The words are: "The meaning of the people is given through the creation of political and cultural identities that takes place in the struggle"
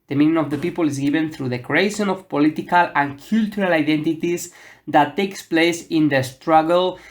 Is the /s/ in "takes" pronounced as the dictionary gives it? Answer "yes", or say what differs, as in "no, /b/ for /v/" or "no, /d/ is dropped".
yes